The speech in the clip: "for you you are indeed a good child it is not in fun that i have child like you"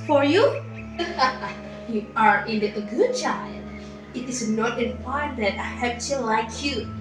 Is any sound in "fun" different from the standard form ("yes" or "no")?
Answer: yes